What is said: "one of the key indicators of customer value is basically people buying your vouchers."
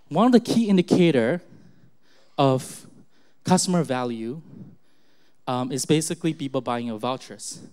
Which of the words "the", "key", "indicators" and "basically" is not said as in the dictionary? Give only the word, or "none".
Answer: indicators